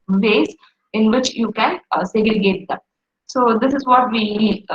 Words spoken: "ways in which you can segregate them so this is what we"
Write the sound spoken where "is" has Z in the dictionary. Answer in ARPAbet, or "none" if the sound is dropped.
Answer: Z